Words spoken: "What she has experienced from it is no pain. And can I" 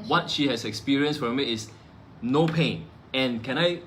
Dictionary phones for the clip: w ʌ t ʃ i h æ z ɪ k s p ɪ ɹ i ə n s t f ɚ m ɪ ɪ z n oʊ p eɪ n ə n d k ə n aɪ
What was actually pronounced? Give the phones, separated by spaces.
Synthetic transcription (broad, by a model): w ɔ t ʃ i h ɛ s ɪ k s p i ɹ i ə n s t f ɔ m ɪ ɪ s n oʊ p eɪ n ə n k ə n aɪ